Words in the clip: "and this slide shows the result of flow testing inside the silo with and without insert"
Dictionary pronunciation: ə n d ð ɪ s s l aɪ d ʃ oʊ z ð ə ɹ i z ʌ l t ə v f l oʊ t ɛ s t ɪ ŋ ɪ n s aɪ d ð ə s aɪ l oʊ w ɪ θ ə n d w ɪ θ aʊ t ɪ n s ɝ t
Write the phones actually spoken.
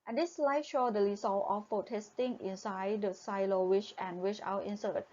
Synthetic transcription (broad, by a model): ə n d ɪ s s l aɪ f ʃ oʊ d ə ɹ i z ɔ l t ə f oʊ t ɛ s t ɪ ŋ ɪ n s aɪ d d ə s aɪ l oʊ w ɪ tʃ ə n w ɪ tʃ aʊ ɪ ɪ n s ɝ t